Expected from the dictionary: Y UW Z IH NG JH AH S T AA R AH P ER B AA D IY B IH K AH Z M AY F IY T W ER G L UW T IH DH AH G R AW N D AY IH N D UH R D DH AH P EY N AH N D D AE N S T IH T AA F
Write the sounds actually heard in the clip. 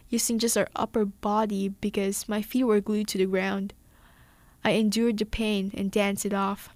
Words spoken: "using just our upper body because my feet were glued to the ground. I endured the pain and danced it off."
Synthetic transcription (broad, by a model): Y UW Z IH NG JH AH S T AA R AH P ER B AA D IY B IH K AH Z M AY F IY T W ER G L UW T IH DH AH G R AW N D AY IH N D UH R D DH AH P EY N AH N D D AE N S IH T AA F